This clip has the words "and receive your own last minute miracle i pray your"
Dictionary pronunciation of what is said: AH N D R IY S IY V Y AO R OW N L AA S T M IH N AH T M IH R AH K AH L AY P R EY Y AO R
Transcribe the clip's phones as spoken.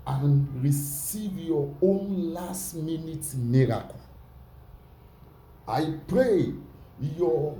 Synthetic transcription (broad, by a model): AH N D R IY S IY V Y AO OW N L AA S T M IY N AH T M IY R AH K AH N AY P R EY Y AO